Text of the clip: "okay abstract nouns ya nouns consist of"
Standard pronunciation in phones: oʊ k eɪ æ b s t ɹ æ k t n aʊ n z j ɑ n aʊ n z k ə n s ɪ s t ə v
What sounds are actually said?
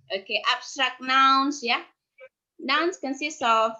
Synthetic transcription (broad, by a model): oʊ k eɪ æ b s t ɹ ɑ k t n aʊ n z j ɑ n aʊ n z k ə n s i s ə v